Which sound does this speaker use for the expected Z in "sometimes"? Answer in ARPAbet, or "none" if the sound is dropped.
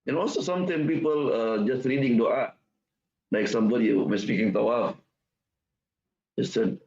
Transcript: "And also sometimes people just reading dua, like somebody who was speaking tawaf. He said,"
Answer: none